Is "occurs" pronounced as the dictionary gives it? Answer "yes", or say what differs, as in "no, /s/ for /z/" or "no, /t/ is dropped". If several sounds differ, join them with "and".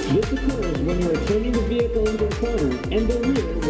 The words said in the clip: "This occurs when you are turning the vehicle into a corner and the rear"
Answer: yes